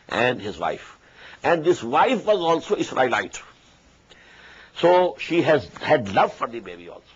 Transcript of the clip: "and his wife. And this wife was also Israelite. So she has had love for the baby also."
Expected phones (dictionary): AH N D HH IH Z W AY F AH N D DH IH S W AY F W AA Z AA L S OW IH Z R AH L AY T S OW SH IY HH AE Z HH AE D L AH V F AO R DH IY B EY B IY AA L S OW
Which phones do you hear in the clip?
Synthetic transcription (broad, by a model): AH N D HH IH Z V AY F AH N D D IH S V AY F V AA Z AA L S OW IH S R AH L AY T S OW SH IY HH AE Z HH AE D L AH V F AO R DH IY B EY B IY AA L S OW